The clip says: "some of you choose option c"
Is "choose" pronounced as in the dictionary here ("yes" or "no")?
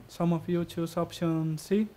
no